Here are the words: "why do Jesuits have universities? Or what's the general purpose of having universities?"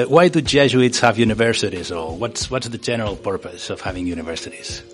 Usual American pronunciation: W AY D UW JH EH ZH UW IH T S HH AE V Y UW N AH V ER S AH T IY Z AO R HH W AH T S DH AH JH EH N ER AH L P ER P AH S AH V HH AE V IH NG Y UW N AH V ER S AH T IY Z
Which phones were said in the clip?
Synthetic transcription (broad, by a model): W AY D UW JH EH ZH UW IH T S HH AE V Y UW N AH V ER S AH T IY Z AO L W W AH T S DH AH JH EH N ER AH L P ER P AH S AH V HH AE V IH NG Y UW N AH V ER S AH T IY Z